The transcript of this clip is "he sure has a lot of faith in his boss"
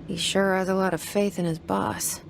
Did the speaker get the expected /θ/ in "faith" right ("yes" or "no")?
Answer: yes